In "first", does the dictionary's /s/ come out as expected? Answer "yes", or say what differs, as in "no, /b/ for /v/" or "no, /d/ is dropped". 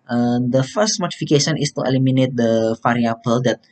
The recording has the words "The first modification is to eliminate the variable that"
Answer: yes